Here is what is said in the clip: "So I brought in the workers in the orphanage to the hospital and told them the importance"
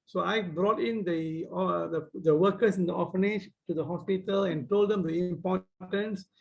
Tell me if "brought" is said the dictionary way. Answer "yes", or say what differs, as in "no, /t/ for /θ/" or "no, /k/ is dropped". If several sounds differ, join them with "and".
yes